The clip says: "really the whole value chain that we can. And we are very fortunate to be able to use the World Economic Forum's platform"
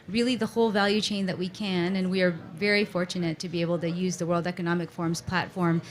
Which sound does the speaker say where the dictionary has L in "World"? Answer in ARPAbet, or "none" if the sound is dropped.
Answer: L